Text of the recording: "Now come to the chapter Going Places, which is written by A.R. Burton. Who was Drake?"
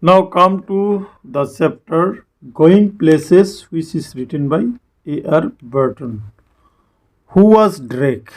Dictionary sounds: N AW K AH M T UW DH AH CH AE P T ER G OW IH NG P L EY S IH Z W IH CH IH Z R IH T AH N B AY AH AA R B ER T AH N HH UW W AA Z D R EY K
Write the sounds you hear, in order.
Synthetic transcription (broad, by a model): N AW K AH M T UW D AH S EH P T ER G OW IH NG P L EY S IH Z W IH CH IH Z R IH T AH N B AY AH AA R B ER T AH N HH UW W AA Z D R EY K